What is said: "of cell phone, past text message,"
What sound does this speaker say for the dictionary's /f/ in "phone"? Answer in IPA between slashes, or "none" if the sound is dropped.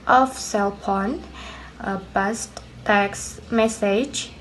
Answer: /p/